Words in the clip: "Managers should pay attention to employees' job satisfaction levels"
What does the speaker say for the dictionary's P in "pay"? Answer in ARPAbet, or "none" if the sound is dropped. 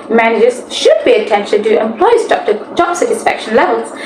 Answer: B